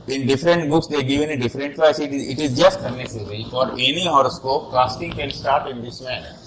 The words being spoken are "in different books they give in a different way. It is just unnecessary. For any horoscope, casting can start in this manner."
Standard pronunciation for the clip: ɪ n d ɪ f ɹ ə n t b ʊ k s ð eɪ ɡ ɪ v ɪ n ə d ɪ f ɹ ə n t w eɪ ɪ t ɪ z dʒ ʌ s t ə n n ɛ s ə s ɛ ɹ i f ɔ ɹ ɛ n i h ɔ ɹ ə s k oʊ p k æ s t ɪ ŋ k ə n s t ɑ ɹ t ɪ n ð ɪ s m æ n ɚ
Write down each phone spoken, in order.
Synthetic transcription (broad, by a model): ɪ n d ɪ f ɹ ə n t b ʊ k s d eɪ ɡ ɪ v ɪ n ə d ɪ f ɹ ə n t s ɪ ɪ t ɪ z dʒ ʌ s t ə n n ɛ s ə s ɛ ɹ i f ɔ ɹ ɛ n i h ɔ ɹ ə s k oʊ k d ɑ s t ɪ ŋ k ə l s t ɑ ɹ t ɪ n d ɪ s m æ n